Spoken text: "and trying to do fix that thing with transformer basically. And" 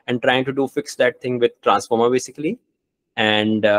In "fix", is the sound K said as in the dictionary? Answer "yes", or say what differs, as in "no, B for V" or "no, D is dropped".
yes